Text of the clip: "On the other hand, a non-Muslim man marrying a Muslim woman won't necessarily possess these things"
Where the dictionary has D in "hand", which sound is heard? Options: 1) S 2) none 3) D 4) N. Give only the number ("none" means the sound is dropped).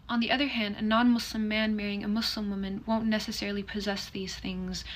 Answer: 3